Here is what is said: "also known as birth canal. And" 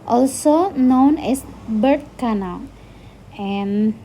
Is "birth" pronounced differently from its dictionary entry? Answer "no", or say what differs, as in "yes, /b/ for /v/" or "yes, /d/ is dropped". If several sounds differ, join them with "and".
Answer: yes, /t/ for /θ/